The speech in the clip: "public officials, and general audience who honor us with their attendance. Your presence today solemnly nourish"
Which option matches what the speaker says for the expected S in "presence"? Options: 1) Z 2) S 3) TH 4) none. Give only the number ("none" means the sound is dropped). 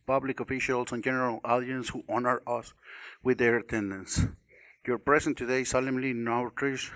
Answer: 4